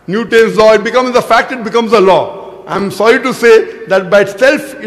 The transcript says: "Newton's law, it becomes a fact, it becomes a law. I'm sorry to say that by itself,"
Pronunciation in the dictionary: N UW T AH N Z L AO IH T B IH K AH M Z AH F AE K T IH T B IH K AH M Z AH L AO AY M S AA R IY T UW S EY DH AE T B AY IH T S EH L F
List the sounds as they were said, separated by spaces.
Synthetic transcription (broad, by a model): N UW T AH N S L AO IH T B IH K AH M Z AH F AE K T IH T B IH K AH M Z AH L AO AY M S AA R IY T UW S EY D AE T B AY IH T S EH L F